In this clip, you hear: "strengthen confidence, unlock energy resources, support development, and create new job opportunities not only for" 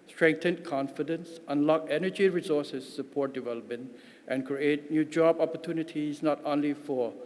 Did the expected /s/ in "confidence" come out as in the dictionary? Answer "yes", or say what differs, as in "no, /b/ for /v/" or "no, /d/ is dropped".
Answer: yes